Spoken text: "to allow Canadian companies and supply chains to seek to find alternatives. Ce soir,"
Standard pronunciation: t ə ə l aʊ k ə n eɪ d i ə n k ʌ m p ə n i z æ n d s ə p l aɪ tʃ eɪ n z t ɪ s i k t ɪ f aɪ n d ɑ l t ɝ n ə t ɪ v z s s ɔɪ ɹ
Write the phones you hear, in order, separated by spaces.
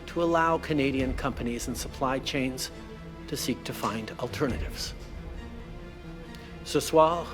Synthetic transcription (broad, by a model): t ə ə l aʊ k ə n eɪ d i ə n k ʌ m p ə n i z n s ə p l aɪ tʃ eɪ n z t ɪ s i k t ɪ f aɪ n d l t ɝ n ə t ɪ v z s s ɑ